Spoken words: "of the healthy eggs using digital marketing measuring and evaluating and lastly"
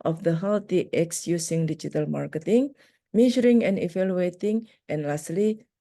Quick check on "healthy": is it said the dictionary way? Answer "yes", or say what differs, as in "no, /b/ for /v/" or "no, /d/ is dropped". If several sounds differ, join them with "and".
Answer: no, /t/ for /θ/